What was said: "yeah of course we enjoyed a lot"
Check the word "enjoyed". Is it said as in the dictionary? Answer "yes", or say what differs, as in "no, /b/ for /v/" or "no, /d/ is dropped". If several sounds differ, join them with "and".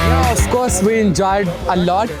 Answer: yes